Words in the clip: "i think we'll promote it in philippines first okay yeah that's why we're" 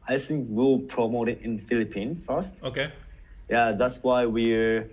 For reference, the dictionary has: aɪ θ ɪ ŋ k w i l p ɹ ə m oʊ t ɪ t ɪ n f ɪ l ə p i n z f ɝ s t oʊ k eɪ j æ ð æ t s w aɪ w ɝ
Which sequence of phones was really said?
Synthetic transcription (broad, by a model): aɪ θ ɪ ŋ k w i l p ɹ ə m oʊ t ɪ t ɪ n f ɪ l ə p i n f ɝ s t oʊ k eɪ j æ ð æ t s w aɪ w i